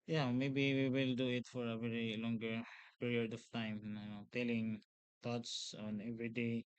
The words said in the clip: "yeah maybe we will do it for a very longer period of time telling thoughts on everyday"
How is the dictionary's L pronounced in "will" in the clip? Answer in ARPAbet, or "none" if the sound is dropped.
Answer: L